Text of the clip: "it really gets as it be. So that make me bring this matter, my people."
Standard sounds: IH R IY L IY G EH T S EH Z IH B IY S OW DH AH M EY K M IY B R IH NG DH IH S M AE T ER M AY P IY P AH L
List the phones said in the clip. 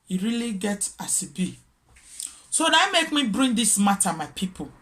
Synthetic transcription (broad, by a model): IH R IY L IY G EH T AA S IH B IY S OW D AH M EY K M IY B R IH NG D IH S M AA T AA M AY P IY P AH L